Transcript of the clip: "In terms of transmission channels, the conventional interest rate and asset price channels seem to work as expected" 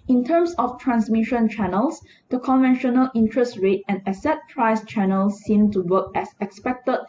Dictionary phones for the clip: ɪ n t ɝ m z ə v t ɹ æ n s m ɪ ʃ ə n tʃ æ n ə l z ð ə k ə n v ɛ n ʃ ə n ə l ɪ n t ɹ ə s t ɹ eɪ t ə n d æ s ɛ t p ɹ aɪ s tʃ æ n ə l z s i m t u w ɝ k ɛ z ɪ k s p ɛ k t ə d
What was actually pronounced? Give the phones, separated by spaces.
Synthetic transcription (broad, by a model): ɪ n t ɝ m s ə f t ɹ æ n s m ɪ ʃ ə n tʃ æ n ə l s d ə k ə n v ɛ n ʃ ə n ə l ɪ n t ɹ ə s t ɹ eɪ t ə n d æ s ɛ t p ɹ aɪ s tʃ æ n ə l s i m t u w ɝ k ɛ s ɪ k s p ɛ k t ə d